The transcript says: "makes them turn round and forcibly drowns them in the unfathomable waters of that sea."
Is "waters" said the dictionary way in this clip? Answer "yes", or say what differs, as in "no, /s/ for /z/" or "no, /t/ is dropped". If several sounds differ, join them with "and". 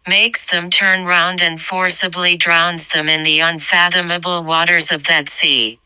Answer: yes